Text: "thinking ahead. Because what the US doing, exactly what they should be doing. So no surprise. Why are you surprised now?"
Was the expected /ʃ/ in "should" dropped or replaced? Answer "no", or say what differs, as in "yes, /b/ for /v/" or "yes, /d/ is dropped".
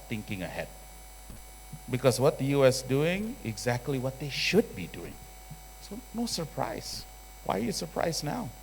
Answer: no